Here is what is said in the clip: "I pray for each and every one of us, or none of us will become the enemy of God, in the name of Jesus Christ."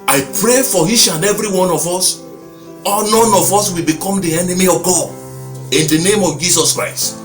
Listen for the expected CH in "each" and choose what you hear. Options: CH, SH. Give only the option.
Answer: SH